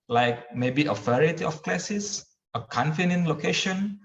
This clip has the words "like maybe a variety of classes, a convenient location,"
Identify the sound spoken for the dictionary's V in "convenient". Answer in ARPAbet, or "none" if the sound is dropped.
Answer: F